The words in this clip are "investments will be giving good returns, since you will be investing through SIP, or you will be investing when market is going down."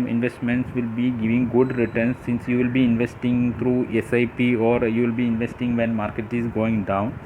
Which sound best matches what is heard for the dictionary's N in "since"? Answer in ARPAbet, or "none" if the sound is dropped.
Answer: N